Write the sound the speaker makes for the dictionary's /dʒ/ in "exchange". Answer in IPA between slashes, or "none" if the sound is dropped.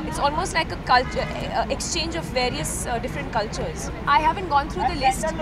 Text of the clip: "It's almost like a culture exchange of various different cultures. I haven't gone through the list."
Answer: /dʒ/